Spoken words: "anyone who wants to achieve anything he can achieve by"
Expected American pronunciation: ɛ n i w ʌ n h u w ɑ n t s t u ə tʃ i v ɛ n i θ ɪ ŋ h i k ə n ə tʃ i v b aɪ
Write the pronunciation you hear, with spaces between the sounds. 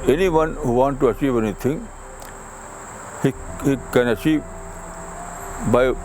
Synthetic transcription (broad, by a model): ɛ n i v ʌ n h u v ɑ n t t u ə tʃ i v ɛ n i t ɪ ŋ h i k ə n ə tʃ i v b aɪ